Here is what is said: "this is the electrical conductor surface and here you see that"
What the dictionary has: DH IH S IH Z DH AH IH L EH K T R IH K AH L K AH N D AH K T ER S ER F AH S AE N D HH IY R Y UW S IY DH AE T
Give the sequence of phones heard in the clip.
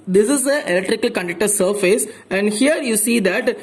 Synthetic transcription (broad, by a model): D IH S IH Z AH IH L EH K T R IH K AH L K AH N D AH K T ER S ER F AH S AE N D HH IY R Y UW S IY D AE T